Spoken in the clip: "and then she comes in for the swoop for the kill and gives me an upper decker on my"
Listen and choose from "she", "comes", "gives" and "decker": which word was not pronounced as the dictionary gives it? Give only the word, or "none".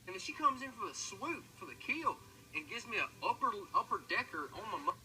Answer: none